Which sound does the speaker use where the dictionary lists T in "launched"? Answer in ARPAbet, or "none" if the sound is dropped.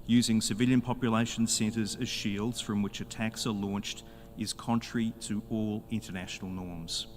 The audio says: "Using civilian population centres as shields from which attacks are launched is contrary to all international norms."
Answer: T